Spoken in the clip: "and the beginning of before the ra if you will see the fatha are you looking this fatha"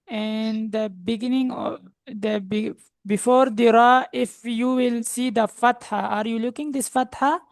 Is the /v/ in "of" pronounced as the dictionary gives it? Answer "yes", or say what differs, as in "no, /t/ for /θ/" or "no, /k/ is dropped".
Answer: no, /b/ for /v/